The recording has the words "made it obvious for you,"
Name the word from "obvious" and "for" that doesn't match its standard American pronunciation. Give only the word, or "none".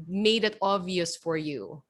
obvious